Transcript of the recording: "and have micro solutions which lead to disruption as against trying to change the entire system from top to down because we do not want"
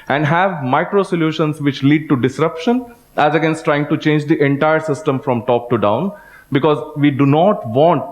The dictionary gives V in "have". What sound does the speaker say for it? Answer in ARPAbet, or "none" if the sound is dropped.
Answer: V